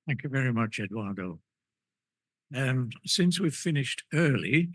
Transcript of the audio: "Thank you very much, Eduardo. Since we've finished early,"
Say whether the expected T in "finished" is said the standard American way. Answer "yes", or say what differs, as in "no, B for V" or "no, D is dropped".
yes